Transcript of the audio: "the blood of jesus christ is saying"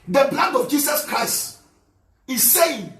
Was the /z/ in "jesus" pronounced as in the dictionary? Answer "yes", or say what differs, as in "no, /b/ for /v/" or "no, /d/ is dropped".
no, /s/ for /z/